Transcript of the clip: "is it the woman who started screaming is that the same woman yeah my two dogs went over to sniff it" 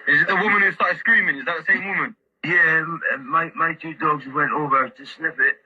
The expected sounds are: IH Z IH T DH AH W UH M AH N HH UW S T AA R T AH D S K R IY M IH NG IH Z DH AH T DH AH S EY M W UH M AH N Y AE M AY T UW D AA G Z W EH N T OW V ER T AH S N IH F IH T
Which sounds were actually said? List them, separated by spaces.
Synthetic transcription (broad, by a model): IH Z IH T DH AH W UH M AH N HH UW S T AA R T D S K R IY M IH NG IH Z DH AH T DH AH S EY M W UH M AH N Y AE M AY T UW D AA G Z W EH N T OW V ER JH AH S L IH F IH T